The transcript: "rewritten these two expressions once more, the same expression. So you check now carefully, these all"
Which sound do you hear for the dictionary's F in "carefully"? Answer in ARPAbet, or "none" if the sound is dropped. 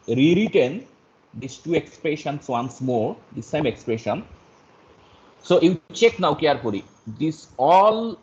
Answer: P